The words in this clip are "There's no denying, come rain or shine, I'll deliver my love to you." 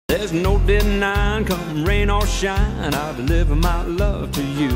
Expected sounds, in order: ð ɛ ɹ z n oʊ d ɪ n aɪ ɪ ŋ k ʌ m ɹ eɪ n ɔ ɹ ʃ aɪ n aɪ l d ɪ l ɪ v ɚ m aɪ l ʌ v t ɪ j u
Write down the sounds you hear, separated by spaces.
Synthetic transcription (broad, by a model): ð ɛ ɹ z n oʊ d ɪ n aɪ ɪ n k ʌ m ɹ eɪ n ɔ l ʃ aɪ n aɪ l d ɪ l ɪ v ɚ m aɪ l ʌ v t ɪ j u